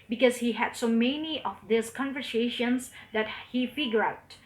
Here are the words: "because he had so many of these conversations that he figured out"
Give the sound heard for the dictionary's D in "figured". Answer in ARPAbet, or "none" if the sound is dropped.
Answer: none